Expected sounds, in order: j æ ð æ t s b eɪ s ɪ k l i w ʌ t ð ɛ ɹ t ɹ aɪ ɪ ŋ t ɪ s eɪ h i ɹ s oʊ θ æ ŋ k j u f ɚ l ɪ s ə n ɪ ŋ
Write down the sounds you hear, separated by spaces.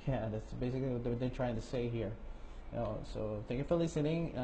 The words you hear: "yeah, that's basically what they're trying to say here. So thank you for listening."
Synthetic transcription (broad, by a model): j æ ð æ t s b eɪ s ɪ k l i w ʌ t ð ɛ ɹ t ɹ aɪ ɪ ŋ t ɪ s eɪ h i ɹ s oʊ θ æ ŋ k j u f ɚ l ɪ s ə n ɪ ŋ